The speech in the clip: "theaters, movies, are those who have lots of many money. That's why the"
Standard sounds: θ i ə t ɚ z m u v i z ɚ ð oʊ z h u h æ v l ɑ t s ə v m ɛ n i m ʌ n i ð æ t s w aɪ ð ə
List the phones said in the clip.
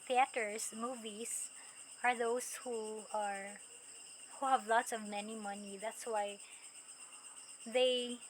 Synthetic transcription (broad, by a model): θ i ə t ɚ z m u v i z ɚ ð oʊ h h u h æ v l ɑ t s ə v m ɛ n i m ʌ n i ð æ t s w aɪ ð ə